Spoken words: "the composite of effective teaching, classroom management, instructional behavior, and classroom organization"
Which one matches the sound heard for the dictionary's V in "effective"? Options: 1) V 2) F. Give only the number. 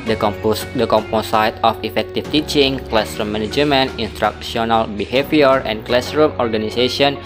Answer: 2